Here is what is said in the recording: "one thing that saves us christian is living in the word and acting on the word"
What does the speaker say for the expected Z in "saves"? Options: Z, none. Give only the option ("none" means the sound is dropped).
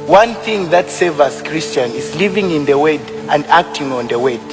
none